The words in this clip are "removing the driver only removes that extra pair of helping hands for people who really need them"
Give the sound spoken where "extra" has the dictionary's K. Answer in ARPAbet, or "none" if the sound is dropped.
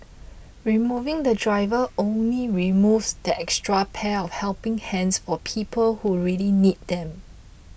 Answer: K